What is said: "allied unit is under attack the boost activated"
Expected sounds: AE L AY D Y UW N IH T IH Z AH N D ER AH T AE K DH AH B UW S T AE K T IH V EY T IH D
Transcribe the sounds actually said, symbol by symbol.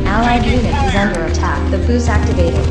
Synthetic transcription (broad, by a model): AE L AY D Y UW N IH T IH Z AH N D ER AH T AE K DH AH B UW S AE K T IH V EY T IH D